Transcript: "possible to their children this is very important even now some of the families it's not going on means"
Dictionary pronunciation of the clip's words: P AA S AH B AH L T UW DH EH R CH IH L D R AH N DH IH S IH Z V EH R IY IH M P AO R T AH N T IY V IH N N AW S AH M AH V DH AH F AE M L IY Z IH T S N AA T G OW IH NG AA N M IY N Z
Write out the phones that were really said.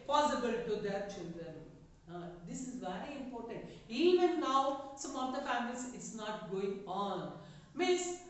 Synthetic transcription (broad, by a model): P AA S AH B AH L T UW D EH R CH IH N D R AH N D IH S IH Z V EH R IY IH M P AO R T AH N T IY V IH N N AW S AH M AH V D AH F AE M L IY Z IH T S N AA T G OW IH NG AA N M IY N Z